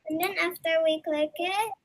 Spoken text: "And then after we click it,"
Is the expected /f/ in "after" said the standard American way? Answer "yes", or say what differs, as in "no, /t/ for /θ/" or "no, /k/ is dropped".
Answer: yes